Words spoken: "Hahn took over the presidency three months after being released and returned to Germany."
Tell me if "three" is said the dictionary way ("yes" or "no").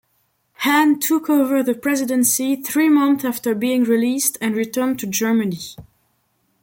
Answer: yes